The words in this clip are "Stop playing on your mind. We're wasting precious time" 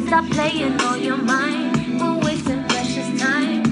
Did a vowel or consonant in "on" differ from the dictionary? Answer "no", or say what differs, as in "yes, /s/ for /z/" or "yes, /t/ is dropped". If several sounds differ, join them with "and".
yes, /l/ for /n/